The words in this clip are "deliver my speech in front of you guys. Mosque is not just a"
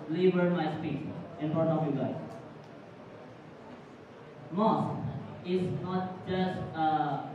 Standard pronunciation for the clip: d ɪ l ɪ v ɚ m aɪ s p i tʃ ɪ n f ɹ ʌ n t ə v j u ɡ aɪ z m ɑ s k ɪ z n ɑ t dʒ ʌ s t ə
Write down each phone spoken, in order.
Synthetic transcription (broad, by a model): l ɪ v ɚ m aɪ s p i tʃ ɪ n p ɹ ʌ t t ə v j u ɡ aɪ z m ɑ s ɪ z n ɑ t dʒ ʌ s t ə